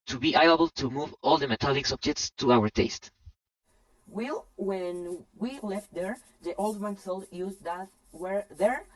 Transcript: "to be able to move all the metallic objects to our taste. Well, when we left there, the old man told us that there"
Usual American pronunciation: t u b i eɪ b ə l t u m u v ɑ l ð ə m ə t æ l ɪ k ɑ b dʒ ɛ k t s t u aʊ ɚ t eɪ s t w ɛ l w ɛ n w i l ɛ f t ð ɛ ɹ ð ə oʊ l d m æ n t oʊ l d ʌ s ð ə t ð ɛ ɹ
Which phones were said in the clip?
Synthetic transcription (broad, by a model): t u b i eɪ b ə l t u m u v ɑ l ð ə m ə t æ l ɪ k ɑ b dʒ ɛ k t s t u aʊ ɚ t eɪ s t w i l w ɛ n w i l ɛ f t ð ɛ ɹ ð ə oʊ l d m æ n s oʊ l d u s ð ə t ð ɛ ɹ